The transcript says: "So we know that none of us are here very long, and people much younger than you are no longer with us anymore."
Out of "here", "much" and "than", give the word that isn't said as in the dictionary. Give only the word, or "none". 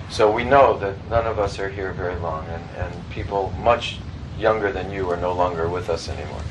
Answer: none